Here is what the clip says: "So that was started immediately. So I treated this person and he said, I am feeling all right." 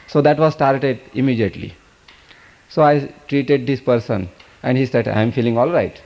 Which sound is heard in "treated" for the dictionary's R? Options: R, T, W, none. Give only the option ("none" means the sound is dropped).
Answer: R